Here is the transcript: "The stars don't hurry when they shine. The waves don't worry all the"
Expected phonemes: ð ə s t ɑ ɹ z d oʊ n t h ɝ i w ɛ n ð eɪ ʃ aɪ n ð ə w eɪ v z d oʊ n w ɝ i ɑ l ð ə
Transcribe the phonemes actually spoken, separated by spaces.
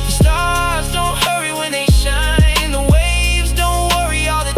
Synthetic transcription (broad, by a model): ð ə s t ɑ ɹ z d oʊ n t h ɝ i w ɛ n ð eɪ ʃ aɪ n ð ə w eɪ v z d oʊ n w ɝ i ɑ l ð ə